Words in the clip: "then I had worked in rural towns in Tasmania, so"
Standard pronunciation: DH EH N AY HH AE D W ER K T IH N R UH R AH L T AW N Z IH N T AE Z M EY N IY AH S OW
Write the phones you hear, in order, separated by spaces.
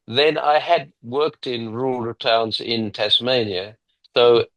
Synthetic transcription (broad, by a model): DH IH N AY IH D W ER K T IH N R R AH L T AW N Z IH N T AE S M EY N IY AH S OW